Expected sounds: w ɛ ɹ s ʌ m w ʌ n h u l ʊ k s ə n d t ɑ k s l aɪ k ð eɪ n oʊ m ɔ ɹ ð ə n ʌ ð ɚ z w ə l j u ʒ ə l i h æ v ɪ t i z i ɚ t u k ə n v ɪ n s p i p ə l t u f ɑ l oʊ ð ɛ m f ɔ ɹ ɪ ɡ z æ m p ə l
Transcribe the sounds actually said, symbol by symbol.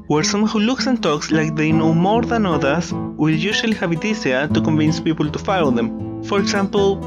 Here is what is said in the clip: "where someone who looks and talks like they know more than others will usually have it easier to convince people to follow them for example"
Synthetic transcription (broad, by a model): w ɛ ɹ s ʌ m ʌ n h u l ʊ k s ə n t ɑ k s l aɪ k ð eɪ n oʊ m ɔ ɹ ð ə n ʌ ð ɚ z w ə l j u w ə l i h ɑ b ɪ t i s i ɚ t u k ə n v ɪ n s p i p ə l t u f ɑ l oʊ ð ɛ m f ɔ ɹ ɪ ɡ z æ m p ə l